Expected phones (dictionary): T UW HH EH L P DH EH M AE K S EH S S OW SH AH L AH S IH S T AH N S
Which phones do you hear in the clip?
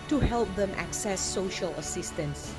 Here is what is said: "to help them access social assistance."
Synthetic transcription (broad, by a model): T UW HH EH L P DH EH M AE K S EH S S OW SH AH L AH S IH S T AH N S